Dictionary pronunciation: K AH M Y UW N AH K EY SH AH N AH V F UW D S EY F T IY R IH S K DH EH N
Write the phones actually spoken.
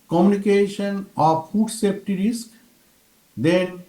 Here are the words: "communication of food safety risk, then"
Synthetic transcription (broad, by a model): K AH M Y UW N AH K EY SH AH N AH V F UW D S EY P T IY R IH S K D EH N